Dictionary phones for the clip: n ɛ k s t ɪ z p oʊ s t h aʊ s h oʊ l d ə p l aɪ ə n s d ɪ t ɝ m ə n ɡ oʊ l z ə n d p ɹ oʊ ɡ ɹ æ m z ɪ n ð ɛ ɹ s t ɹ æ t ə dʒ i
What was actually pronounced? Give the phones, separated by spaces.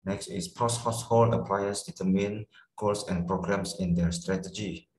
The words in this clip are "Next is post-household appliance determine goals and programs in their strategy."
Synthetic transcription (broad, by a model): n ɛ k s t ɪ s p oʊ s h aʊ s h oʊ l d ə p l aɪ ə s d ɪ t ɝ m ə n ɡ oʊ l s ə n p ɹ oʊ ɡ ɹ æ m s ɪ n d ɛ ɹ s t ɹ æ t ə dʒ i